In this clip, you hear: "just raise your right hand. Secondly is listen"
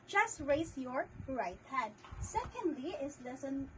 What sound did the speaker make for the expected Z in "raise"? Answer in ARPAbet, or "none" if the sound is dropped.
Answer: S